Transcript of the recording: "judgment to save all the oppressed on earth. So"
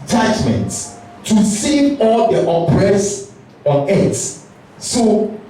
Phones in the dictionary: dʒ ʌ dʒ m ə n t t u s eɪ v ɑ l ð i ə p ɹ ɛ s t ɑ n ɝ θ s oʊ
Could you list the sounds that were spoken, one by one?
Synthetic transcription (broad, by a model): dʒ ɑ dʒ m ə n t t u s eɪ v ɑ l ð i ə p ɹ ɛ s ɑ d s s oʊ